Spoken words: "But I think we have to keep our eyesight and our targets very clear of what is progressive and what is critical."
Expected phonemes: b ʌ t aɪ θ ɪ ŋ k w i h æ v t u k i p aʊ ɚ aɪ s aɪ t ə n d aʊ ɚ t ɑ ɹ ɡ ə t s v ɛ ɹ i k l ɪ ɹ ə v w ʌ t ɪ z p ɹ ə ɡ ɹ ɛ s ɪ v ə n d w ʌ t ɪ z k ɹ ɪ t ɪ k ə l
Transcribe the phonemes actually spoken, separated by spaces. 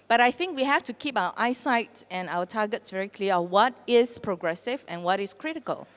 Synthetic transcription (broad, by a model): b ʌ t aɪ θ ɪ ŋ k w i h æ f t u k i p aʊ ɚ aɪ s aɪ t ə n aʊ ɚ t ɑ ɡ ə t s v ɛ ɹ i k l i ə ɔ w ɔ t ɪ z p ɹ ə ɡ ɹ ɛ s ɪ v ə n w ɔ t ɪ s k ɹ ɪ t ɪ k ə l